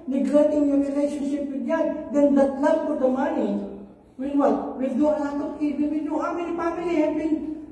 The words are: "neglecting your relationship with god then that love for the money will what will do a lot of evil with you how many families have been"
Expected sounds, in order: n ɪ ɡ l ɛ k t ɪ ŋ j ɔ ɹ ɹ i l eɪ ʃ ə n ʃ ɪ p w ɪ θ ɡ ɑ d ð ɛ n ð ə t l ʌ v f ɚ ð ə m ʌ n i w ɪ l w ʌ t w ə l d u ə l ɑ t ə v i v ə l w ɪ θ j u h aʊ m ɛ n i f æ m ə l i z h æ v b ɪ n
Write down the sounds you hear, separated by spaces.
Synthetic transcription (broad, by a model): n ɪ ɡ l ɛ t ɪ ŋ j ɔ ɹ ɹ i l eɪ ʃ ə n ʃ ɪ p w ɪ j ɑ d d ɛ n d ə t l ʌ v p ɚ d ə m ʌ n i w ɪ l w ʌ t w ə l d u ə n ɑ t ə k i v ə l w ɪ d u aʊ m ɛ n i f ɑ m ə l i h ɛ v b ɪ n